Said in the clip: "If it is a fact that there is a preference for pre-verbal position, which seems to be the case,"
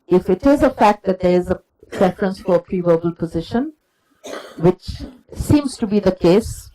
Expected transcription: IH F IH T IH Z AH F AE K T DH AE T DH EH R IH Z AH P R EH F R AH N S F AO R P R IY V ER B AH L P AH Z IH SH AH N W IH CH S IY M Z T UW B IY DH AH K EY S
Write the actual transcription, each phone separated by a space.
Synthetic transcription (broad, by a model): IH F IH T IH Z AH F AE K T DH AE T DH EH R IH Z AH P R EH F R AH N S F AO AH P R IY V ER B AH L P AH Z IH SH AH N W IH CH S IY M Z T UW B IY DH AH K EY S